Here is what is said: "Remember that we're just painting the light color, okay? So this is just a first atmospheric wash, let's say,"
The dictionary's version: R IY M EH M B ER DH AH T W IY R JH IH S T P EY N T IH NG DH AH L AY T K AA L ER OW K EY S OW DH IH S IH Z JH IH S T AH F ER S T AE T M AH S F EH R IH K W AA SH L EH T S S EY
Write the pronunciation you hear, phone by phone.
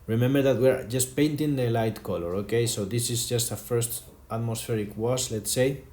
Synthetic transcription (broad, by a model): R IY M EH M B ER DH AH T W IY R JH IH S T P EY N T IH NG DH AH L AY T K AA L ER OW K EY S OW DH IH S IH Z JH IH S T AH F ER S T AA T M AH S F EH R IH K W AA S L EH T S S EY